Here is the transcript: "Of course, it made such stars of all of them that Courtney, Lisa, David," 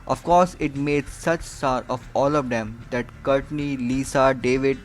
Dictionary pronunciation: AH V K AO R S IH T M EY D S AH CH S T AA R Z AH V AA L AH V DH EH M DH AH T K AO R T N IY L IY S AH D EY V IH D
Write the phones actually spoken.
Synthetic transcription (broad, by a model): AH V K AO R S IH T M EY D S AH CH S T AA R AH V AA L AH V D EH M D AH T K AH R T N IY L IY S AH D EY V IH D